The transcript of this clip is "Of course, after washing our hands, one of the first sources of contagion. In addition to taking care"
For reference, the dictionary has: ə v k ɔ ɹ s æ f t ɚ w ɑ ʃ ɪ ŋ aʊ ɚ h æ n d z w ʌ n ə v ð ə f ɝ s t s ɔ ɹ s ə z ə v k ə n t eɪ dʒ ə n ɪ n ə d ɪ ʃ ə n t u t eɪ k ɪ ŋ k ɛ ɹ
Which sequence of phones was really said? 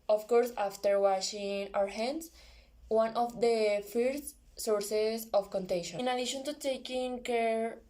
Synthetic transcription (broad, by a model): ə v k ɔ ɹ s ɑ f t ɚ w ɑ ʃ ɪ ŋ aʊ ɚ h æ n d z w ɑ n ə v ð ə f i t s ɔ ɹ s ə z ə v k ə n t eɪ ʃ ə n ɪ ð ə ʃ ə n t u t eɪ k ɪ ŋ k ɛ ɹ